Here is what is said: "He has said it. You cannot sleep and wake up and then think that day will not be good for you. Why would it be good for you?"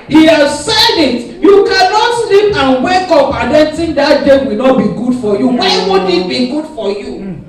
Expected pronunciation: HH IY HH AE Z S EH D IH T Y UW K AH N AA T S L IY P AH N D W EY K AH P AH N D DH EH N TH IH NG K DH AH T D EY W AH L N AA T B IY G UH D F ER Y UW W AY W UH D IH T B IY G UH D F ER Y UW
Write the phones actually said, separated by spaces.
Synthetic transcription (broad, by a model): HH IY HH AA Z S EH D IH T Y UW K AH N AA T S L IY P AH N W EY K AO P AH N D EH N T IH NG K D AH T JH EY W AH L N AA T B IY G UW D F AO Y UW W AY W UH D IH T B IY G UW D F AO Y UW